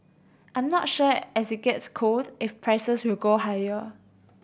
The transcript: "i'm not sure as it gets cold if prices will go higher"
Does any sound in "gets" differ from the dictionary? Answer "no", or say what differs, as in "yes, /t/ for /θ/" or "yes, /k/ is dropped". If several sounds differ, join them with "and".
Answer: no